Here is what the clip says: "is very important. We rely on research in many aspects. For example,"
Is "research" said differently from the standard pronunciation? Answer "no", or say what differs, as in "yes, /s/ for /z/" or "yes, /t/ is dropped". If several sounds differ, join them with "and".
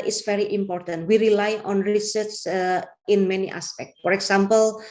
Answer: yes, /s/ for /tʃ/